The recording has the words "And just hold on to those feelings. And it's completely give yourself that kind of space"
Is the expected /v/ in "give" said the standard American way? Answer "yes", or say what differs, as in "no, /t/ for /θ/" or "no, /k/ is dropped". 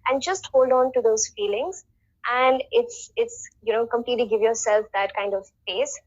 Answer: yes